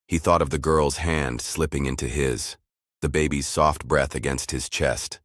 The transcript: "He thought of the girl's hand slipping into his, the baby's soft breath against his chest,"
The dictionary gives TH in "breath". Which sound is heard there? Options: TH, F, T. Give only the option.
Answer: TH